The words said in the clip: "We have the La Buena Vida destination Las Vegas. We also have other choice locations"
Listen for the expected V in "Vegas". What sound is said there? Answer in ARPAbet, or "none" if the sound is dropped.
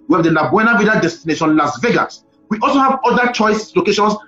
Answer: V